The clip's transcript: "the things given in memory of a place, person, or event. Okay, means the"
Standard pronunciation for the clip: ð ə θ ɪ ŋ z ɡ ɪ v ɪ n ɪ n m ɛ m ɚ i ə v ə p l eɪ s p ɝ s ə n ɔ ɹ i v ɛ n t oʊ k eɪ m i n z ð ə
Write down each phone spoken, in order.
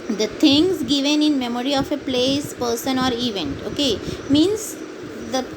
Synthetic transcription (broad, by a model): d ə t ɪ ŋ s ɡ ɪ v ɪ n ɪ n m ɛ m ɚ i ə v ə p l eɪ s p ɝ s ə n ɔ ɹ i v ɛ n t oʊ k eɪ m i n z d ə